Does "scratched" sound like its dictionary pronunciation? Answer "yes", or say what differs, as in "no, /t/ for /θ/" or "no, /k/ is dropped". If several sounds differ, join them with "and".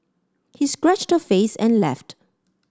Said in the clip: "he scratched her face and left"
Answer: yes